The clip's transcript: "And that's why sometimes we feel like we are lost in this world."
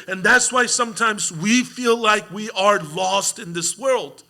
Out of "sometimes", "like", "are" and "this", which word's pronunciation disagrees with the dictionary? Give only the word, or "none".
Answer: none